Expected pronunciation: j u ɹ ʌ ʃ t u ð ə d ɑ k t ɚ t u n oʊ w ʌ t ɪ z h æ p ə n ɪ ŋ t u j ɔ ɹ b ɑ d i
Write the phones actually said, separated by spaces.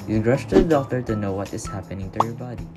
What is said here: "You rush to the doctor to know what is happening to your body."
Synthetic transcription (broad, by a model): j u ɹ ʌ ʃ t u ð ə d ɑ t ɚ t u n oʊ w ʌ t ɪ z h æ p ə n ɪ ŋ t u j ɔ ɹ b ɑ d i